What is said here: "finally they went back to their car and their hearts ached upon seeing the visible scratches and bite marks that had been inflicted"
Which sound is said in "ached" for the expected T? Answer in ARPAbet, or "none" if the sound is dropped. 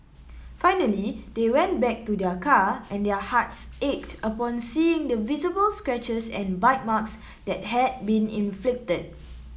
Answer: T